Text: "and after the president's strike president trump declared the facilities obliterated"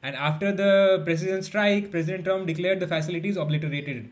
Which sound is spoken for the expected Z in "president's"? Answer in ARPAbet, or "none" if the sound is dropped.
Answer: S